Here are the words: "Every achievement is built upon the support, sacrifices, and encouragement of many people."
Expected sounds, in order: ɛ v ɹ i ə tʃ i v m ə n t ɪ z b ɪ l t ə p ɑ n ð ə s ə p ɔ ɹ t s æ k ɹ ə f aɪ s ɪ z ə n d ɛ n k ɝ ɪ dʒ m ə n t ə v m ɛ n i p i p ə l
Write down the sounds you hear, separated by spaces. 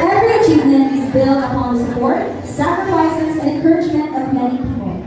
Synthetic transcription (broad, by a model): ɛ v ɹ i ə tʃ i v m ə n ɪ z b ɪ l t ə p ɑ n ð ə s ə p ɔ ɹ t s æ k ɹ ə f aɪ s ɪ z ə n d ɛ n k ɝ ɪ dʒ m ə n t ə v m ɛ n i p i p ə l